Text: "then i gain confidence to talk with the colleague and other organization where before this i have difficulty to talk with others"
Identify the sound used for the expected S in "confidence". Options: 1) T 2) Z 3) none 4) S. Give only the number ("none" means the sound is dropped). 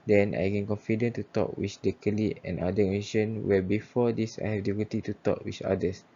3